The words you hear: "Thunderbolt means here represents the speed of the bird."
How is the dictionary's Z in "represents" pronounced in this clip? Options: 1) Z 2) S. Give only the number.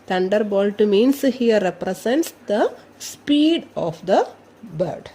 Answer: 2